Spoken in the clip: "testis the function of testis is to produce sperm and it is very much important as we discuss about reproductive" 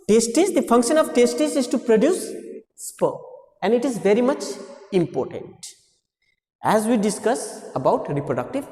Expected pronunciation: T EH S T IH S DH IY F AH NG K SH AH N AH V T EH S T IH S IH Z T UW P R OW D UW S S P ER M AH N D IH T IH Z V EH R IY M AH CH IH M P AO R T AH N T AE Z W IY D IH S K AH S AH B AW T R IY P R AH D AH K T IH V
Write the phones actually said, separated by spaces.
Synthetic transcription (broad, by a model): T EH S T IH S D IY F AH NG K SH AH N AH V T EH S T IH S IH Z T UW P R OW D UW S S P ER AH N D IH T IH Z V EH R IY M AH CH IH M P AO R T AH N T AE Z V IY D IH S K AH S AH B AW T R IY P R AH D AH K T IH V